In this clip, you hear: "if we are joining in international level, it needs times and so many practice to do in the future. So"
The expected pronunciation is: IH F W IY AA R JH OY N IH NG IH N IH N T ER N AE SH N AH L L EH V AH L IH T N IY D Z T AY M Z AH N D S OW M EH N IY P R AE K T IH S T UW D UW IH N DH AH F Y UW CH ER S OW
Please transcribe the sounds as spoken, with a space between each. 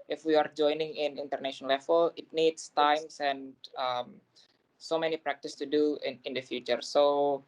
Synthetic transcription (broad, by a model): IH F W IY AA R JH OY N IH NG IH N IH N T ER N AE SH AH N L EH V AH L IH T N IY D S T AY M S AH N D S OW M EH N IY P R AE K T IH S T UW D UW IH N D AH F Y UW CH ER S OW